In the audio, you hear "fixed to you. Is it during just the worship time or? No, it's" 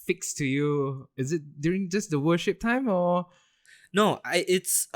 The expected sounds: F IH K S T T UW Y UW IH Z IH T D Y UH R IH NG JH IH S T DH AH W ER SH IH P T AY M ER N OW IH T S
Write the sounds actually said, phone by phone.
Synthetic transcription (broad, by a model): F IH K S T T UW Y UW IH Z IH T D Y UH R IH NG JH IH S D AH W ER SH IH P T AY M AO N OW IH T S